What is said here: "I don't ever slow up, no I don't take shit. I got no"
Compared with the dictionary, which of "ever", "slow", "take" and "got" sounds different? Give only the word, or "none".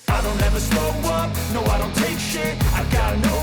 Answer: slow